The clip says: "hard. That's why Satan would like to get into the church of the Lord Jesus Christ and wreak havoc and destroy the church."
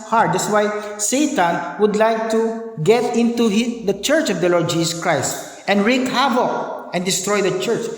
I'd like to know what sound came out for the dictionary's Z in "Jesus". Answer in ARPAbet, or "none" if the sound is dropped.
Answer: S